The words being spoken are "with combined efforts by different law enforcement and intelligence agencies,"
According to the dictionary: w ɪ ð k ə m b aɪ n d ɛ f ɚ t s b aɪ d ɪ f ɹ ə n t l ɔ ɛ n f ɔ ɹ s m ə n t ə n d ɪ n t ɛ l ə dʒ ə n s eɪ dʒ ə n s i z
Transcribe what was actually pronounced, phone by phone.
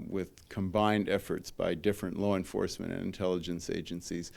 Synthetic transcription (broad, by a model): w ɪ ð k ə m b aɪ n d ɛ f ɚ t s b aɪ d ɪ f ɹ ə n t l ɔ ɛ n f ɔ ɹ s m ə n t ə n ɪ n t ɛ l ə dʒ ə n s eɪ dʒ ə n s i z